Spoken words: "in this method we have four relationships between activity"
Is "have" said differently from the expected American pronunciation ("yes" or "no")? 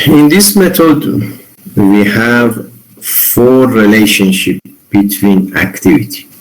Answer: no